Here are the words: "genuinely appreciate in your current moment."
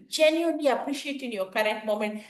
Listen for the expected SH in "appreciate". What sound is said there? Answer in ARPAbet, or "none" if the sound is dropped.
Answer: SH